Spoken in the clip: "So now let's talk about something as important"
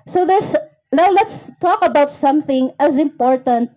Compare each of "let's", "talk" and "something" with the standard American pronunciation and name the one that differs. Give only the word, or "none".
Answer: none